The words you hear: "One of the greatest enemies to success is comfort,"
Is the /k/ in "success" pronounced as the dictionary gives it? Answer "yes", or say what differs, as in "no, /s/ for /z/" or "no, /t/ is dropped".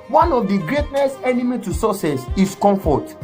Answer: no, /k/ is dropped